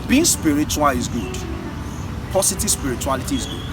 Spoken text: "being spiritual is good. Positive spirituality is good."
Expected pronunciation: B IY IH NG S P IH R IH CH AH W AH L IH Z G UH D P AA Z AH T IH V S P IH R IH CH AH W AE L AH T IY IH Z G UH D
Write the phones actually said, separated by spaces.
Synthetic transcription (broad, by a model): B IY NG S P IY R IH CH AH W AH L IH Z G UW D P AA S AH T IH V S P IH R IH CH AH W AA L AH T IY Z G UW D